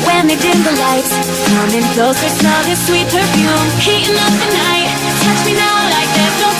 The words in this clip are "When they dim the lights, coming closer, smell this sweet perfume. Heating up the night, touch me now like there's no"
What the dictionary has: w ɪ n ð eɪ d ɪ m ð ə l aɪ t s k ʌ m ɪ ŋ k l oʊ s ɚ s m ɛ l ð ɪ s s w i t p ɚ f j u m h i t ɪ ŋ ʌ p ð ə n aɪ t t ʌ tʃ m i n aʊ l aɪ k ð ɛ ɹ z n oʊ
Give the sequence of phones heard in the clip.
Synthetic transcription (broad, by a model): w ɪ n ð eɪ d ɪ ð ə l aɪ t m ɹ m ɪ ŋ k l oʊ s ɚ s ɛ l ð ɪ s s w i t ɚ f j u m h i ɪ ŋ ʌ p ð ə n aɪ t t ʌ tʃ m i n aʊ l aɪ k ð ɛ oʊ